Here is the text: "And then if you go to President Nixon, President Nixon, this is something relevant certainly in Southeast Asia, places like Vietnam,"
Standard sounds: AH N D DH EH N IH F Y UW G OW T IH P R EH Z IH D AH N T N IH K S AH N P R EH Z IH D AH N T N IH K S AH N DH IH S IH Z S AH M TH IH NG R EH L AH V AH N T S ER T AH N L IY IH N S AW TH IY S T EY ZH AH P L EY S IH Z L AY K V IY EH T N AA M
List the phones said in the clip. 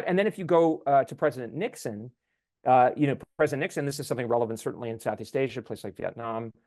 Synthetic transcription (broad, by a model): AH N DH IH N IH F Y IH G OW T IH P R EH Z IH D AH N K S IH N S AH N P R EH Z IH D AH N N IH K S AH N DH IH S IH Z S AH M TH IH NG R EH L AH V AH N T S ER T N L IY IH N S AW TH IY S T EY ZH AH P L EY IH S L AY K V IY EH T N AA M